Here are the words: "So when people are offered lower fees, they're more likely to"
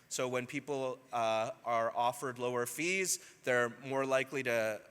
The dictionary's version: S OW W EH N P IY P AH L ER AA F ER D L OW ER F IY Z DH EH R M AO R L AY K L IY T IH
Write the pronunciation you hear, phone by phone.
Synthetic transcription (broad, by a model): S OW W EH N P IY P L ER AA F ER D L OW ER F IY Z DH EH R M AO R L AY K L IY T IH